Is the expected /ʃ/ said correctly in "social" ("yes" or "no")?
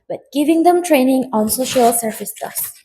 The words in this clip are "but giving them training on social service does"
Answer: yes